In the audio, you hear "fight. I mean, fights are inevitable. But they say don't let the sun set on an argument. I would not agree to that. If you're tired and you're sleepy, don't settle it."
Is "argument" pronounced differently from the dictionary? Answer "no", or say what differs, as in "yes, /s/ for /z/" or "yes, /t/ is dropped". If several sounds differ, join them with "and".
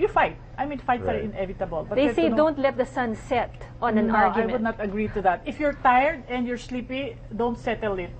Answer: yes, /m/ is dropped